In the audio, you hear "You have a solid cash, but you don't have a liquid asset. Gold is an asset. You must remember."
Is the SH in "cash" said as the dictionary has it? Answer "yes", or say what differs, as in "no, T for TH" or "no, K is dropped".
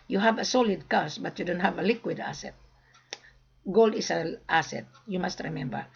no, S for SH